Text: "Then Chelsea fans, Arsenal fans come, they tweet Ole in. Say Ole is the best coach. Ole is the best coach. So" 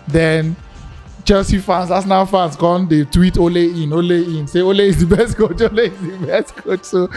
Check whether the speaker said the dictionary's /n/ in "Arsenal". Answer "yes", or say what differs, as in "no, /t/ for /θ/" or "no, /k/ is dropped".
no, /n/ is dropped